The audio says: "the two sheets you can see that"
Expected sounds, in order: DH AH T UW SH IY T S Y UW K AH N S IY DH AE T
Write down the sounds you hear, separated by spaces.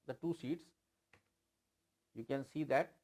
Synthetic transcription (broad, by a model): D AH T UW S IY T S Y UW K AH N S IY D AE T